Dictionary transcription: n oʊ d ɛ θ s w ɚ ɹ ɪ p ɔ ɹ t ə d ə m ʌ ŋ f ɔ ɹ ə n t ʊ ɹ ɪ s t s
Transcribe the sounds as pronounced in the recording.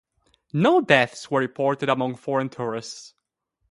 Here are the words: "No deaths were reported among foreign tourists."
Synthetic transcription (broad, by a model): n oʊ d ɛ θ s w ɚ ɹ ɪ p ɔ ɹ t ə d ə m ʌ ŋ f ɔ ɹ ə n t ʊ ɹ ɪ s t s